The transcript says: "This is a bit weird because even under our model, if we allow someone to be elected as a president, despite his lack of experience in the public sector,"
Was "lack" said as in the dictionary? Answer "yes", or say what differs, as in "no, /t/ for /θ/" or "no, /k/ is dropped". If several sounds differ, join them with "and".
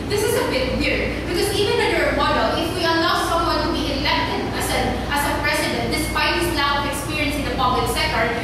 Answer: no, /k/ is dropped